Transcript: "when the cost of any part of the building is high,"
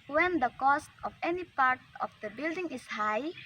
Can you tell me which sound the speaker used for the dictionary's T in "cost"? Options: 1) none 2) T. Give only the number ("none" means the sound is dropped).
2